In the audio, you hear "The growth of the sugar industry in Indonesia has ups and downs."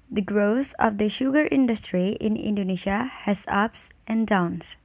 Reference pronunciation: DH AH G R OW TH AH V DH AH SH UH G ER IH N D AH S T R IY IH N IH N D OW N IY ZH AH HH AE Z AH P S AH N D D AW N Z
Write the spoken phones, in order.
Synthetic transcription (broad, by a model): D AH G R OW T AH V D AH SH UH G ER IH N D AH S T R IY IH N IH N D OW N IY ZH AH HH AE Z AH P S AH N D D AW N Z